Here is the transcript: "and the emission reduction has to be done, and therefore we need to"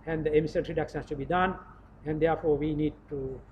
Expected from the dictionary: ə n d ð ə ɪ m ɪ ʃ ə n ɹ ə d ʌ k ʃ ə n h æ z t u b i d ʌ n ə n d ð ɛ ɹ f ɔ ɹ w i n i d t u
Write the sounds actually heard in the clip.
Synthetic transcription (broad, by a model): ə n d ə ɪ m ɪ s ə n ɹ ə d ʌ k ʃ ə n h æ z t u b i d ʌ n ə n d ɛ ɹ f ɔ ɹ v i n i d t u